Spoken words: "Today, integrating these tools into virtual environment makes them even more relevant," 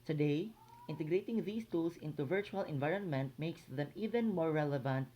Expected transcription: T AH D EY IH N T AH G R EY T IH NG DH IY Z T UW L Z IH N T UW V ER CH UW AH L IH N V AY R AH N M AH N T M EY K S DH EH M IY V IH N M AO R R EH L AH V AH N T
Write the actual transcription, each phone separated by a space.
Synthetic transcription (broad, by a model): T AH D EY IH N T AH G R EY T IH NG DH IY S T UW L S IH N T UW V ER CH UW AH L IH N V AY R AH N M AH N T M EY K S DH EH M IY V IH N M AO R R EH L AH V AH N T